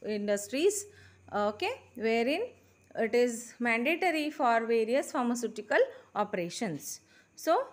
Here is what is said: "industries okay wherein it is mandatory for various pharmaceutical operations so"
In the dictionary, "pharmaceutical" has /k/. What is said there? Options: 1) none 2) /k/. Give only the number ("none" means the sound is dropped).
2